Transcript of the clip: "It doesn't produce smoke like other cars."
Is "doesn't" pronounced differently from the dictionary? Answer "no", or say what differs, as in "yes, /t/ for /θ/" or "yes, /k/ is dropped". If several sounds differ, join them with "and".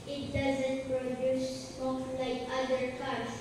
no